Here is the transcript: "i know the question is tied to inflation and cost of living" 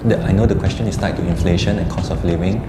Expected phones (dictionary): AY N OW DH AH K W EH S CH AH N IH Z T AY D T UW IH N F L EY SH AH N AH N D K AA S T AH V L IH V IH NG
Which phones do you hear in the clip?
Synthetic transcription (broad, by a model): AY N OW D AH K W EH S CH AH N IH S T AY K T UW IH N F L EY SH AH N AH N K AA S AH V L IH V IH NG